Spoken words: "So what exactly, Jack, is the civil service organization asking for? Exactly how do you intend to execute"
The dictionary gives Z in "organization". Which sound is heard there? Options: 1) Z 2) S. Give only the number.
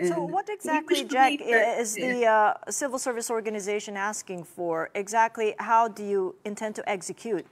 1